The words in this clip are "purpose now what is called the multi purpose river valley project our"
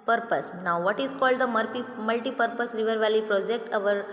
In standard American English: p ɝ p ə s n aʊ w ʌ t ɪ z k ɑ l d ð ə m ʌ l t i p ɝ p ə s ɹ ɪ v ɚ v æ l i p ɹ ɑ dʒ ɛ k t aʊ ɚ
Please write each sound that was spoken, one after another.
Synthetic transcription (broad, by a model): p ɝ p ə s n aʊ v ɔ t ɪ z k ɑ l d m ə m ʌ l t i p ɝ p ə s ɹ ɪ v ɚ v æ l i p ɹ ɑ dʒ ɛ k t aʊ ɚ